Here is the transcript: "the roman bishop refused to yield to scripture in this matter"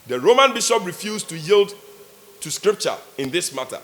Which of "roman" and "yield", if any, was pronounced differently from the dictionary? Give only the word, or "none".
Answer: none